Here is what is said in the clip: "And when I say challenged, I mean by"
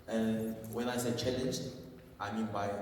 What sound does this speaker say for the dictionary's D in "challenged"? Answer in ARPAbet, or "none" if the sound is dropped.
none